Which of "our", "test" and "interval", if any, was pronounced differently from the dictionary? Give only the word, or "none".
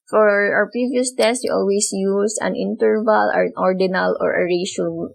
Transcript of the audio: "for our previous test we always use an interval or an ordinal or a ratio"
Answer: our